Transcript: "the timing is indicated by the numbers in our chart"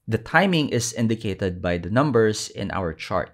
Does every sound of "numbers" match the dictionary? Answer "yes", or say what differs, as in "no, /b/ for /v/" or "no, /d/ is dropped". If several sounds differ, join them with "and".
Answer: no, /s/ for /z/